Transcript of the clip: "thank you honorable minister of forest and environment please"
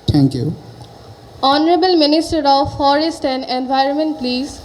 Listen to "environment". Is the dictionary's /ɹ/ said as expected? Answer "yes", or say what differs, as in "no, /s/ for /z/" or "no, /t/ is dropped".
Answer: yes